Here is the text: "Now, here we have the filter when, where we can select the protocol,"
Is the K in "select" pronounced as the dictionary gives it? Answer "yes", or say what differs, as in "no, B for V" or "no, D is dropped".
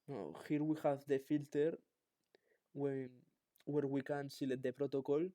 no, K is dropped